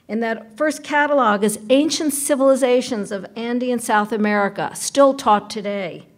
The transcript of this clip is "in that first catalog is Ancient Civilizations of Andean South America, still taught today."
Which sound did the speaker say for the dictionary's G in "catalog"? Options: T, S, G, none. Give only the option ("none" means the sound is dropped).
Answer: G